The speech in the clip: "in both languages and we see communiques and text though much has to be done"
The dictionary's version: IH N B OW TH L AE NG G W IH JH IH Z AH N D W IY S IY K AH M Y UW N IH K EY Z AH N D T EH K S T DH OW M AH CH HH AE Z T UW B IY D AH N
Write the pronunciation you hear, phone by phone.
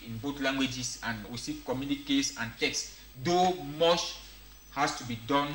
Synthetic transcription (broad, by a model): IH N B OW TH L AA NG G W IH JH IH S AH N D W IY S IY K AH M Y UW N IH K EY S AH N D T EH K S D OW M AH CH HH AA S T UW B IY D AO N